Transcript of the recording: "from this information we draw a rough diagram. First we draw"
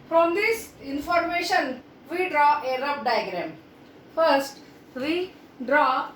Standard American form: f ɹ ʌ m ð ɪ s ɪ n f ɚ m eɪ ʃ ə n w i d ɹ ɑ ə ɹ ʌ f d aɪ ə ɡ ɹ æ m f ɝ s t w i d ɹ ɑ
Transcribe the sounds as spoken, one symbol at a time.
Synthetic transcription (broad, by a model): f ɹ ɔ m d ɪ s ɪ n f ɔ m eɪ ʃ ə n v i d ɹ ɑ ə ɹ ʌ p d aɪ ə ɡ ɹ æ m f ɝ s t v i d ɹ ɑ